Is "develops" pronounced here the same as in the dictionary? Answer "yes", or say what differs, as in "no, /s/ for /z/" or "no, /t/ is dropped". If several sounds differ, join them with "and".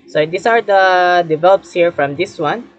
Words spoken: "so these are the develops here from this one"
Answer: yes